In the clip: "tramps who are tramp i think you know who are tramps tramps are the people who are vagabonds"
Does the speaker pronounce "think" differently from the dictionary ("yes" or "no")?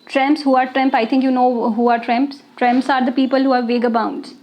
yes